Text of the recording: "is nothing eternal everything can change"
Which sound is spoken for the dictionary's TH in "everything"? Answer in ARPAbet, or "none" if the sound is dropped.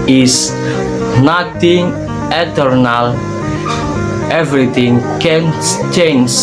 T